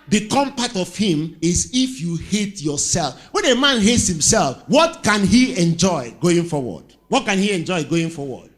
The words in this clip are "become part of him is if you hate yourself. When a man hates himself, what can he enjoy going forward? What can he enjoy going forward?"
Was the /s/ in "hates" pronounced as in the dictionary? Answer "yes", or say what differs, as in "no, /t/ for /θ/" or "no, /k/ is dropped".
yes